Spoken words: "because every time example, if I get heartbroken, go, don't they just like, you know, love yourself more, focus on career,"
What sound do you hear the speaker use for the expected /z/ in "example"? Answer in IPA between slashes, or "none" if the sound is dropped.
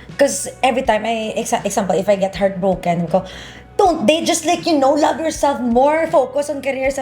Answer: /s/